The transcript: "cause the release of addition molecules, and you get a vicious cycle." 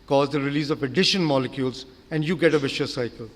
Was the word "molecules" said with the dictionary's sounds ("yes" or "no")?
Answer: yes